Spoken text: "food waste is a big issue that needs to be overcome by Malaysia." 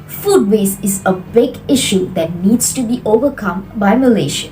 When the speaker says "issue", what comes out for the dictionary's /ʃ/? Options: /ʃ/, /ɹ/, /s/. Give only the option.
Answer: /ʃ/